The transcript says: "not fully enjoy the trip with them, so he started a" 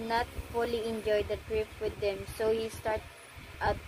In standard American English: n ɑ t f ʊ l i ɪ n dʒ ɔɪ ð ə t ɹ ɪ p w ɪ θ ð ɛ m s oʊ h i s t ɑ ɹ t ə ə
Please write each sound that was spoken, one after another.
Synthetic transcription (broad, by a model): n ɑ t f ʊ l i ɪ n dʒ ɔɪ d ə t ɹ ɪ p w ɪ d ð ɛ m s oʊ h i s t ɑ ɹ t ə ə